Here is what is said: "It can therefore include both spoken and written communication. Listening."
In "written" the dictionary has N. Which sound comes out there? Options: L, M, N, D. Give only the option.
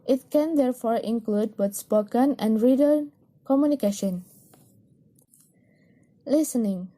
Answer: L